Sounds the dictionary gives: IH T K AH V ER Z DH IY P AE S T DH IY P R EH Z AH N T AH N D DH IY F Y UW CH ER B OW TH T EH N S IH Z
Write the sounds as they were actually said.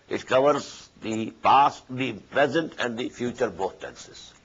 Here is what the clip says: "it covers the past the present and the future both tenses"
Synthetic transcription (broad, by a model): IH T K AH V ER Z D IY P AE S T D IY P R EH Z AH N T AH N D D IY F Y UW CH ER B OW T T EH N S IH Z